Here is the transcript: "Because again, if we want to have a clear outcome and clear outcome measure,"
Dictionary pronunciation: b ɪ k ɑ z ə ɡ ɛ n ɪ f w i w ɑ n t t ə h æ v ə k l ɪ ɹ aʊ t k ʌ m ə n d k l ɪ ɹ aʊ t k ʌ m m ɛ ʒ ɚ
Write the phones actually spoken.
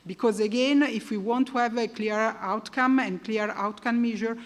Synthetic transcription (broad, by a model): b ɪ k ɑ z ə ɡ ɛ n ɪ f w i w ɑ n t t ə v ə k l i ɹ aʊ t k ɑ m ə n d k l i ɹ aʊ t k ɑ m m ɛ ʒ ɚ